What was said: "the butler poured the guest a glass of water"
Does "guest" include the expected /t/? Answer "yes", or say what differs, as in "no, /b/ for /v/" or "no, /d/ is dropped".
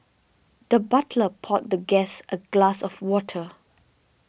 yes